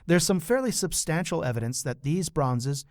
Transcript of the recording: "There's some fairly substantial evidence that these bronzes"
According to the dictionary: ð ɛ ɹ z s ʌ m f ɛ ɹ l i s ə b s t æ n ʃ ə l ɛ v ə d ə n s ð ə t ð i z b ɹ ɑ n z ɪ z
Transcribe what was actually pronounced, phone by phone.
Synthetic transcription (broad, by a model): ð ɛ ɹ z s ʌ m f ɛ ɹ l i s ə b s t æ n ʃ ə l ɛ v ə d ə n s ð ə t ð i z b ɹ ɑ n z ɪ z